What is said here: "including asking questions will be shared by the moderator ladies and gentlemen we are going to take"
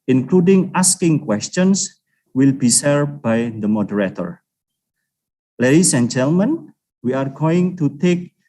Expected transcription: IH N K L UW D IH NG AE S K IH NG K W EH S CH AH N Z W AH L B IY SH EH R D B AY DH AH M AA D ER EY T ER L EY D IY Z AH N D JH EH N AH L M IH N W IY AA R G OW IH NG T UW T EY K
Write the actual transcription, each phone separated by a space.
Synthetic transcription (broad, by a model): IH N K L UW D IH NG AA S K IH NG K W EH S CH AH N S W AH L B IY S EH R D B AY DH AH M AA D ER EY T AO L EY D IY S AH N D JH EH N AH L M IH N W IY AA R G OW IH NG T UW T EY K